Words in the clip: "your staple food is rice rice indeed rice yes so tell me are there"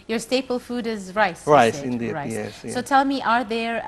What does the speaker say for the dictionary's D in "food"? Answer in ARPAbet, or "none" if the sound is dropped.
D